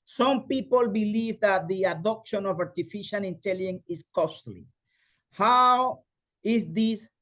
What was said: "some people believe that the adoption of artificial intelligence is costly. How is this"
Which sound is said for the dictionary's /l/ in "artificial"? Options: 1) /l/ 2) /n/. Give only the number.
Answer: 2